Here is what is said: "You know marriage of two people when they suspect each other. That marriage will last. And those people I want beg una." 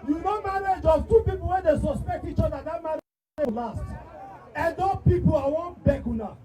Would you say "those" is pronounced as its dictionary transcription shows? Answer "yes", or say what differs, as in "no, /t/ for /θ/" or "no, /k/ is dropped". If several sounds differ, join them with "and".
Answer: no, /z/ is dropped